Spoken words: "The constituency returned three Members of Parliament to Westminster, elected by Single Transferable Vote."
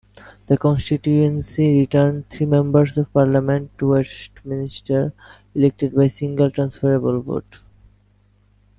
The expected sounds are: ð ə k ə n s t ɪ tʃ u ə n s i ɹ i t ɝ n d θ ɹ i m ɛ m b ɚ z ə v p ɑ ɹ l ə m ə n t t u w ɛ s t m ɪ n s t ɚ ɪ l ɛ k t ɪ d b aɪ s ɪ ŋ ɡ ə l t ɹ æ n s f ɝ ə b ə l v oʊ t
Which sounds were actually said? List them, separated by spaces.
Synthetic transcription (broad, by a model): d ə k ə n s t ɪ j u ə n s i ɹ i t ɝ n d t ɹ i m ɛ m b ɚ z ə v p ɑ ɹ l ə m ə n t t u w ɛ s t m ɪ n s t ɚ ɪ l ɛ k t ɪ d b aɪ s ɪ ŋ ɡ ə l t ɹ æ n s f ɝ ə b ə l v oʊ t